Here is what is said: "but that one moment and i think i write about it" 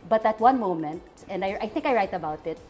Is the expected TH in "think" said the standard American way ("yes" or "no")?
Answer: yes